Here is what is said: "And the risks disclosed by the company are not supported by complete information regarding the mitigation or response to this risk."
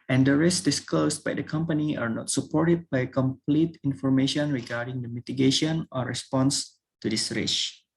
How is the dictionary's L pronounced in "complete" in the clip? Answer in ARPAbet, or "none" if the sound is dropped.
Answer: L